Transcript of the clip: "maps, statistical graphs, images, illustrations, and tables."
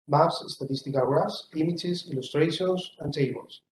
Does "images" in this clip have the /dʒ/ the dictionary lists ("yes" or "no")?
no